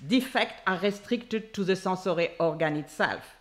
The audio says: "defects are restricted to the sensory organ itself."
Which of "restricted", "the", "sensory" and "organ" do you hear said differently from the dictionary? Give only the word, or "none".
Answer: sensory